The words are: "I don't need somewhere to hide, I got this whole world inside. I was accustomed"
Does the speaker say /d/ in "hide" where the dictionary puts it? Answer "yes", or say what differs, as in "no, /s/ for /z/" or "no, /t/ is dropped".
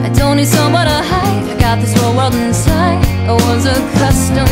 no, /d/ is dropped